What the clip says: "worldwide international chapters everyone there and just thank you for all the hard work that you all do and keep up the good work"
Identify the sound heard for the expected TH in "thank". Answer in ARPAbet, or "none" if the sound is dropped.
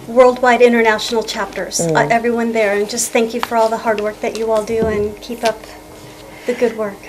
TH